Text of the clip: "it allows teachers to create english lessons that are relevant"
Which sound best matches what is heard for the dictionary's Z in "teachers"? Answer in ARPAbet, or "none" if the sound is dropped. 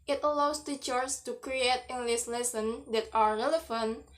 S